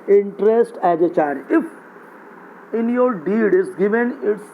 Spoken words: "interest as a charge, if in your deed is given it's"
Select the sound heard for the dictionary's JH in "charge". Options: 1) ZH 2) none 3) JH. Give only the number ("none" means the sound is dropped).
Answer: 2